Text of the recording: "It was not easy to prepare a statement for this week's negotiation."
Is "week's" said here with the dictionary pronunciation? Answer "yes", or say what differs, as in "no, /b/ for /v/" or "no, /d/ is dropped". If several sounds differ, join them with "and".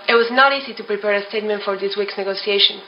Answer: yes